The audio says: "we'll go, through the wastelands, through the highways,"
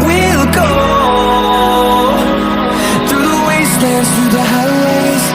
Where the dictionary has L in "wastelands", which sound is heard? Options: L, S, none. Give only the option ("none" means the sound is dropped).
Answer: none